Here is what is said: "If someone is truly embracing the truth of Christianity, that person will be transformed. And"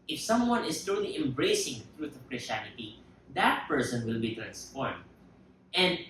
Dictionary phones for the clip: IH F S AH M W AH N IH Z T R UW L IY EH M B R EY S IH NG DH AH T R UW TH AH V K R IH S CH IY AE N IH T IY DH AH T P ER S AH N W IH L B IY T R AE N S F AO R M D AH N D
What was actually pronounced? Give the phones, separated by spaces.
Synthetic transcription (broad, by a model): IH F S AH M W AH N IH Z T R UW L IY EH M B R EY S IH NG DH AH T R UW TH AH V K R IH S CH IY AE N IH T IY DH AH T P ER S AH N W IH L B IY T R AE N S P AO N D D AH N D